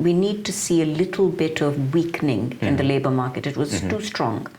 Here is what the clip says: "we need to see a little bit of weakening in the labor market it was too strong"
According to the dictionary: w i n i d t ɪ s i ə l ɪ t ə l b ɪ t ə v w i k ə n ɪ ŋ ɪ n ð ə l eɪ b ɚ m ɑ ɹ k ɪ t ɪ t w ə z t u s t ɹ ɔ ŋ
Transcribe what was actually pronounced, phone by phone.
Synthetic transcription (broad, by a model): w i n i d t ɪ s i ə l ɪ t l b ɪ t ə v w i k n ɪ ŋ ɪ n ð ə l eɪ b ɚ m ɑ ɹ k ɪ t ɪ t w ə z t u s t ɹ ɔ ŋ